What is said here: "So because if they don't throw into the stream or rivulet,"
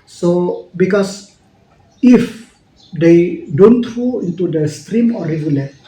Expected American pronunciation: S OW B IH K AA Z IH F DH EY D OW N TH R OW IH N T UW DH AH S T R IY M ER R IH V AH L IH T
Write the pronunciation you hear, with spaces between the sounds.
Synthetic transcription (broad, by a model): S OW B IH K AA S IH F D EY D OW N T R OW IH N T UW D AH S T R IY M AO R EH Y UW L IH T